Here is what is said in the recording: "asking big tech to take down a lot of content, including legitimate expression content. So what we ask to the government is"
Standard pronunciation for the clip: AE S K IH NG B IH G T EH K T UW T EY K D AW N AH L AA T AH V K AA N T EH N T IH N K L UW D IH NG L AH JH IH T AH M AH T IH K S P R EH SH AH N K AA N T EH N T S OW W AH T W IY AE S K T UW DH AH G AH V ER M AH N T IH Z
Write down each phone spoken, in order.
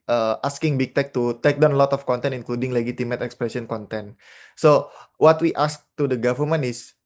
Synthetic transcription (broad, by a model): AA S K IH NG B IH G T EH K T UW T EY K D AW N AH L AA T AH F K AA N T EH N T IH N K L UW D IH NG L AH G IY T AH M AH T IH K S P R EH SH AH N K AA N T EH N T S OW W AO T W IY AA S K T UW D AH G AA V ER M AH N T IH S